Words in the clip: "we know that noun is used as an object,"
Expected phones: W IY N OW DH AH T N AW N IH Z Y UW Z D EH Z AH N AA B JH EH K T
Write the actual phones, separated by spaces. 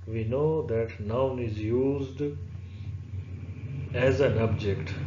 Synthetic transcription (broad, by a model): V IY N OW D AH T N AW N IH Z Y UW Z D EH Z AH N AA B JH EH K T